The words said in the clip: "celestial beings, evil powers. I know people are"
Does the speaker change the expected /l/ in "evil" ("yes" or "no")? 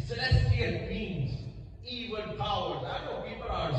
yes